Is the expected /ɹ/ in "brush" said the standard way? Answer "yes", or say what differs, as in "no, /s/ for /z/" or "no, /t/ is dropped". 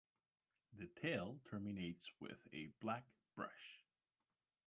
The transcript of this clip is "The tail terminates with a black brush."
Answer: yes